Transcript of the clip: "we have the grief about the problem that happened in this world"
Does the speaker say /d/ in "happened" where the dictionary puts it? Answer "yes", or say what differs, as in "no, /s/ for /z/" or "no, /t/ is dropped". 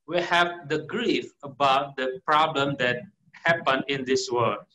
no, /d/ is dropped